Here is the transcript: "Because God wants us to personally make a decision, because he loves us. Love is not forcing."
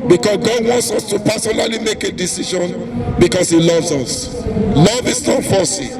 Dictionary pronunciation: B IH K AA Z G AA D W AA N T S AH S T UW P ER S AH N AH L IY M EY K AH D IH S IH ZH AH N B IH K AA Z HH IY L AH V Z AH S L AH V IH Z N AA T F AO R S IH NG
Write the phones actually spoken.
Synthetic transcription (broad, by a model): B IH K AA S G AA D W AA N T S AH S T UW P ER S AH N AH L IY M EY K AH D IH S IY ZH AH N B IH K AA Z HH IY L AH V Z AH S L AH V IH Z N AA T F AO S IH